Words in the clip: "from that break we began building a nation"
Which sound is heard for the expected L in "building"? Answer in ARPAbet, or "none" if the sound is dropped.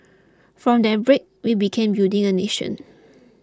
none